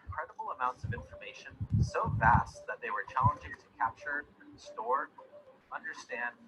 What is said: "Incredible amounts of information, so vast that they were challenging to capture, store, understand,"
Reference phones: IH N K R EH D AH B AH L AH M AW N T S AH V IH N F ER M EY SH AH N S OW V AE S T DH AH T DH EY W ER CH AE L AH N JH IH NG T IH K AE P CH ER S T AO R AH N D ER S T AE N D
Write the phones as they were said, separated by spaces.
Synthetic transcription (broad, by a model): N K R EH D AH B L AH M AW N T S AH V IH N F ER M EY SH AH N S OW V AE S T DH AH T DH EY W ER CH AE L AH N JH IH NG T IH K AE P CH ER S T AO R AH N D ER S T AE N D